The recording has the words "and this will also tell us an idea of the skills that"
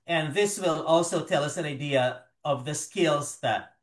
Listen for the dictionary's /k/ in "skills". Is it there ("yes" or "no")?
yes